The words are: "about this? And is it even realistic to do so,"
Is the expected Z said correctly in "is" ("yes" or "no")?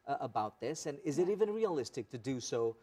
yes